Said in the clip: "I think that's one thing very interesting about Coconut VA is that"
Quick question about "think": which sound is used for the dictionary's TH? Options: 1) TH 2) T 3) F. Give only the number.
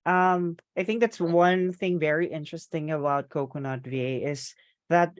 1